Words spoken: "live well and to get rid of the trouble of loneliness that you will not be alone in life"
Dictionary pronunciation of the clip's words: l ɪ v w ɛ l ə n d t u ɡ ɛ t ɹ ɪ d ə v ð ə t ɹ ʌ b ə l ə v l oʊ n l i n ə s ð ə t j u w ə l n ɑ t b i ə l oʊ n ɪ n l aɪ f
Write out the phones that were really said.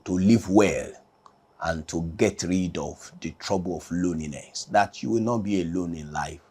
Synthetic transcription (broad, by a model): l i v w ɛ l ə n t u ɡ ɛ t ɹ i d ə v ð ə t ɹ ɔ b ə l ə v l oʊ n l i n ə s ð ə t j u w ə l n ɑ t b i ə l oʊ n ɪ n l aɪ f